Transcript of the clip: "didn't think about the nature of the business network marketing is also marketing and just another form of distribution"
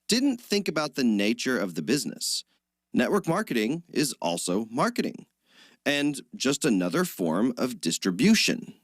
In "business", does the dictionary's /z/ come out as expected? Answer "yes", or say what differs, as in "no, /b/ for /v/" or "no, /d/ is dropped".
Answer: yes